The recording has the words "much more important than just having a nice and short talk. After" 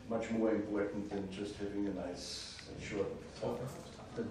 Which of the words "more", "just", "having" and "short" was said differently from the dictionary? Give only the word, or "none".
none